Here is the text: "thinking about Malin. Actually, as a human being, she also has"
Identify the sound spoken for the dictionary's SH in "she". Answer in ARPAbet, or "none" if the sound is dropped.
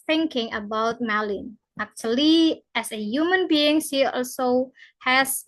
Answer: S